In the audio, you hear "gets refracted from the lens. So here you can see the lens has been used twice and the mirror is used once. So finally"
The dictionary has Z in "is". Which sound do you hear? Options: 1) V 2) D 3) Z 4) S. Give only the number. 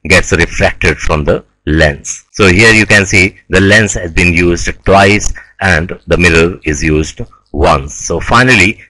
3